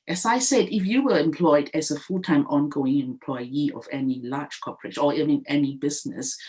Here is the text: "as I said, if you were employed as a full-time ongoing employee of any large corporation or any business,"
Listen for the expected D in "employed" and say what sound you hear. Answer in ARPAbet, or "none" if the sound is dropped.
D